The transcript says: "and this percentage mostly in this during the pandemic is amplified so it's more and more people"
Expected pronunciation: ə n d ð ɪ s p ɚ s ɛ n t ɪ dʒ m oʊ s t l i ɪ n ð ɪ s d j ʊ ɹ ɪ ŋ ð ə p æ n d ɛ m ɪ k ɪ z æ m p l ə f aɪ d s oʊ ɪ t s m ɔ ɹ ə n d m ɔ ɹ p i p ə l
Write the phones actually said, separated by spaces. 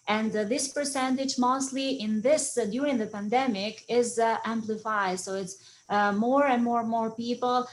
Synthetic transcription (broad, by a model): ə n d ð ɪ s p ɚ s ɛ n t ɪ dʒ m oʊ s t l i ɪ n ð ɪ s d j ʊ ɹ ɪ ŋ ð ə p æ n d ɛ m ɪ k ɪ z æ m p l ə f aɪ d s oʊ ɪ t s m ɔ ɹ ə n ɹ m ɔ ɹ p i p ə l